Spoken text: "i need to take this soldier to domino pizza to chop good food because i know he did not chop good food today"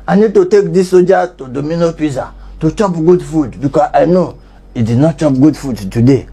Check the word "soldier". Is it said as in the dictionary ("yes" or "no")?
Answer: no